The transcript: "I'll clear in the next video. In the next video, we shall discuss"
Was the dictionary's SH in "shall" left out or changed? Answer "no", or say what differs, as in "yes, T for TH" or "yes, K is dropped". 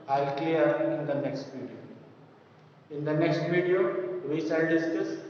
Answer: yes, S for SH